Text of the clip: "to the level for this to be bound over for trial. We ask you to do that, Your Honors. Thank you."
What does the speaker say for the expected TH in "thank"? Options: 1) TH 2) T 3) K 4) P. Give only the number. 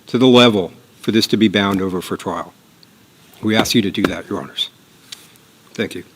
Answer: 1